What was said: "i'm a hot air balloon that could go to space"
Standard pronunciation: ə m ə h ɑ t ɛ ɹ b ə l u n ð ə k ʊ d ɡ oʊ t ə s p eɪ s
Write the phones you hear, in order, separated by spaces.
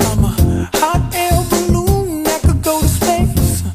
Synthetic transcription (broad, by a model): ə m ə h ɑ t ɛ l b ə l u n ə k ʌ ɡ oʊ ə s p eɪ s